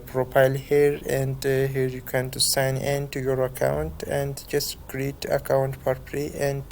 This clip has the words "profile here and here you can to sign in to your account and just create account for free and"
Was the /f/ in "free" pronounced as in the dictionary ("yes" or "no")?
no